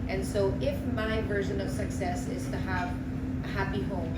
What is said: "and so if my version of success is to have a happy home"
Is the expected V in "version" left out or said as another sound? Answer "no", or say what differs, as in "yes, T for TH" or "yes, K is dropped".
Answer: no